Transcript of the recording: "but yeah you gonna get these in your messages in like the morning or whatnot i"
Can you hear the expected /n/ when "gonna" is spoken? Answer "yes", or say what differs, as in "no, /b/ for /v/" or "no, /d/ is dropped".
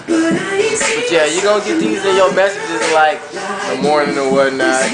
no, /n/ is dropped